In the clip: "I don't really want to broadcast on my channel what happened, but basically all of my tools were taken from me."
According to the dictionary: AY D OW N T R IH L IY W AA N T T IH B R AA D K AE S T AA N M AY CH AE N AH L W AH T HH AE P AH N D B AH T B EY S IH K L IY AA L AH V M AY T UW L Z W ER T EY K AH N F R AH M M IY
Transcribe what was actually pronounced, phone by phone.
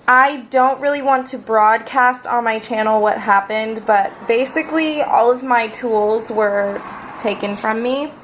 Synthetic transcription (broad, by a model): AY D OW N T R IH L IY W AA N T T IH B R AA D K AE S T N M AY CH AE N L W AH T HH AE P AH N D B AH T B EY S IH K L IY AA L AH V M AY T UW L Z W ER T EY K AH N F R AH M M IY